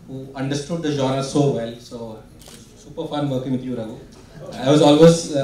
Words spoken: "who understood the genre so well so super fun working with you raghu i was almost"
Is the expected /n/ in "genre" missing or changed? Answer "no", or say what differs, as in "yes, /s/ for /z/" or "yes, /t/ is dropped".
yes, /n/ is dropped